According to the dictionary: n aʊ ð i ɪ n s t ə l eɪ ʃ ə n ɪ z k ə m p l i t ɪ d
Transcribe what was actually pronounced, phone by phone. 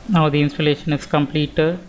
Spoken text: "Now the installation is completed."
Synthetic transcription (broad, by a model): n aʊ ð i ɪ n s t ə l eɪ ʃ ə n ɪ s k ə m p l i t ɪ